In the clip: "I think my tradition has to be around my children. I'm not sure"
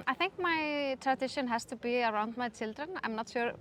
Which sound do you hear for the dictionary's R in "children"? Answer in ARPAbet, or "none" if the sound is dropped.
R